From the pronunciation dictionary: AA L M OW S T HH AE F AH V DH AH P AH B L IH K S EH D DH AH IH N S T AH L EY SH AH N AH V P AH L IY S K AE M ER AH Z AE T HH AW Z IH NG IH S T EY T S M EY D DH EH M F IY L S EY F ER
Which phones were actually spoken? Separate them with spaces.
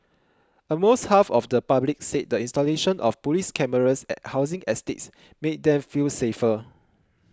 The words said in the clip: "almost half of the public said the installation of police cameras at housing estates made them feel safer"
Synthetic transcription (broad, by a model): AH M OW S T HH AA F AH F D AH P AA B L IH K S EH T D AH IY N S T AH L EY SH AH N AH F P AH L IY S K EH M ER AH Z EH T HH AW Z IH NG IH S T EY T S M EY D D EH M F IY L S EY F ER